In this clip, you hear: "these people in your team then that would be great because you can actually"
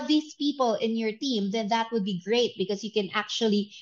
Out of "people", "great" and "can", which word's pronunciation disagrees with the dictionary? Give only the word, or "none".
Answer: none